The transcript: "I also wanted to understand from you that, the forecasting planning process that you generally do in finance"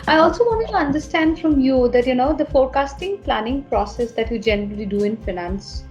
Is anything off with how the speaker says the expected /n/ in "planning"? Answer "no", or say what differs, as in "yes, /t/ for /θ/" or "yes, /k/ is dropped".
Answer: no